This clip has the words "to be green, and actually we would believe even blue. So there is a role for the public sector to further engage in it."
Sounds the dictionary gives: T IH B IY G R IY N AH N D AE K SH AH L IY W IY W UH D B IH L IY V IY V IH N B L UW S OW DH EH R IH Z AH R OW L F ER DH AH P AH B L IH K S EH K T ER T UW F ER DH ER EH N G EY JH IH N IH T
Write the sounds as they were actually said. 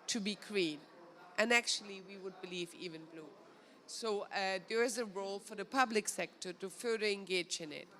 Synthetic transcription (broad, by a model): T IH B IY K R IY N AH N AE K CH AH L IY W IY W UH D B IH L IY V IY V IH N B L UW S OW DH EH R IH Z AH R OW L F ER DH AH P AH B L IH K S EH K T ER T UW F ER DH ER EH N G EY JH IH N IH T